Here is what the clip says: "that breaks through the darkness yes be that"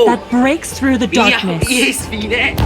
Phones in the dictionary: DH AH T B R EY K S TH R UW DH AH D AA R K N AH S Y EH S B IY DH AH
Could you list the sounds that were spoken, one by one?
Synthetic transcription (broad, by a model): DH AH T B R EY K S TH R UW DH AH D AA R K N AH S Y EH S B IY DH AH